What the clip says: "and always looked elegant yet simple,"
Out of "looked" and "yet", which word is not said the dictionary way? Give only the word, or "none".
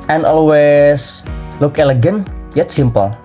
looked